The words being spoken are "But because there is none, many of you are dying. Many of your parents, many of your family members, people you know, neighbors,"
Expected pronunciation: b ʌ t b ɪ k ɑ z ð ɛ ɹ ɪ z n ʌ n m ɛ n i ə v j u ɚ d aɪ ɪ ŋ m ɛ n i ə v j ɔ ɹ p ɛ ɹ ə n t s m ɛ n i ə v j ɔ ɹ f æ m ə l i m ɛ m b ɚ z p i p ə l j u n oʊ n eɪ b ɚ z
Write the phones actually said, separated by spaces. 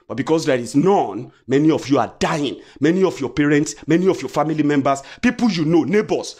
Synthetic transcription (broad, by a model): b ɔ t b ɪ k ɑ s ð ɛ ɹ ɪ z n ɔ n m ɛ n i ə f j u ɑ d aɪ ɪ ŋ m ɛ n i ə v j ɔ p ɛ ɹ ə n t s m ɛ n i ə f j ɔ f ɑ m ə l i m ɛ m b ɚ s p i p ə l j u n oʊ n eɪ b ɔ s